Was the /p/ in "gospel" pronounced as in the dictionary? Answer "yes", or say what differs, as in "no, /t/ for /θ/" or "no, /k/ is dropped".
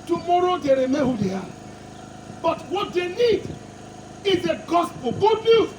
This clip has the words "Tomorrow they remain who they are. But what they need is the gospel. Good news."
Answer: yes